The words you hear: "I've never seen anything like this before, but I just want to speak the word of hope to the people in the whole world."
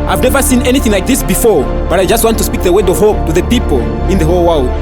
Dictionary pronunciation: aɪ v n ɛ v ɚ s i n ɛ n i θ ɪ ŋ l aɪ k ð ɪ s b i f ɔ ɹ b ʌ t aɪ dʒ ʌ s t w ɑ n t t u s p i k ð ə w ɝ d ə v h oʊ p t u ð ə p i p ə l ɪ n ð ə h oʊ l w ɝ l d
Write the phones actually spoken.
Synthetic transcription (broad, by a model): aɪ v n ɛ v ɚ s i n ɛ n i θ ɪ ŋ l aɪ k ð ɪ s b i f ɔ ɹ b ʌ t aɪ dʒ ʌ s t w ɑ n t t u s p i k ð ə w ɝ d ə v h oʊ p t u ð ə p i p ə l ɪ n ð ə h oʊ l w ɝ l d